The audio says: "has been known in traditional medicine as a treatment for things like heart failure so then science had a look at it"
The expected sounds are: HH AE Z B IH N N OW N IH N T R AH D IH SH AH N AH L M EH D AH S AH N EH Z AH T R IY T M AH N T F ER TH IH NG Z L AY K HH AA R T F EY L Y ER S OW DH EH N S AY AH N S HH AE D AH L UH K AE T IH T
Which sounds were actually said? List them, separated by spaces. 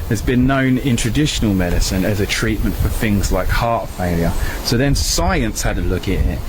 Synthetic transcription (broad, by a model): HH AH Z B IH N N OW N IH N T R AH D IH SH AH N AH L M EH D AH S AH N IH Z AH T R IY T M AH N T F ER TH IH NG Z L AY K HH AA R T F EY L Y ER S OW DH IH N S AY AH N S HH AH D AH L UH K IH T IH T